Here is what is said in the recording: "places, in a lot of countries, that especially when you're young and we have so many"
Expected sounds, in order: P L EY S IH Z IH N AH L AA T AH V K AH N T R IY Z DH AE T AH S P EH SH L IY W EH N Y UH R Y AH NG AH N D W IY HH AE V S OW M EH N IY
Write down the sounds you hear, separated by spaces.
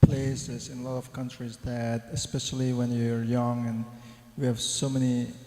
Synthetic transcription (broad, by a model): P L EY S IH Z IH N AH L AA T AH V K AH N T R IY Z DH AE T AH S P EH SH L IY W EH N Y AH R Y AH NG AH N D W IY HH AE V S OW M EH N IY